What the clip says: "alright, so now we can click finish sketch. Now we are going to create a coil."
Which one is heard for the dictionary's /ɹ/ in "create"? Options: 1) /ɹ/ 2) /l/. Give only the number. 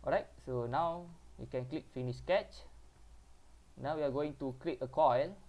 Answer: 2